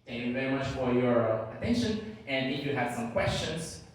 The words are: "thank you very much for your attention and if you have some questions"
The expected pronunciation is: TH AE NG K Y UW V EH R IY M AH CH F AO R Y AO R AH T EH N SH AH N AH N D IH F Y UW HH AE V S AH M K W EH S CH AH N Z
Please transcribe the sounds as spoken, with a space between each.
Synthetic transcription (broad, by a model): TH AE NG K Y UW V EH R IY M AH CH F AO R Y AO R AH T EH N SH AH N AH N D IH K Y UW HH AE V S AH M K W EH S CH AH N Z